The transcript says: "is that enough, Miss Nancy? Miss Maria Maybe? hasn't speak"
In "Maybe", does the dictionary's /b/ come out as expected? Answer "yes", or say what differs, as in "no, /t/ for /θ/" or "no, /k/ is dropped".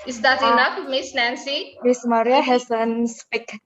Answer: no, /b/ is dropped